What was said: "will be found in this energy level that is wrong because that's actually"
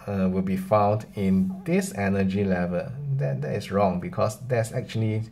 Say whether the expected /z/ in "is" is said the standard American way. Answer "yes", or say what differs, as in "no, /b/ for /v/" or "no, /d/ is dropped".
no, /s/ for /z/